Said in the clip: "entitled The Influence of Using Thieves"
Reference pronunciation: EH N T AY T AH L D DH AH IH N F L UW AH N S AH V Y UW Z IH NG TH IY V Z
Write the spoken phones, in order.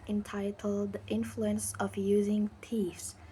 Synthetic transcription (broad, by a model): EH N T AY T L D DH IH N F L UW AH N S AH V Y UW Z IH NG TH IY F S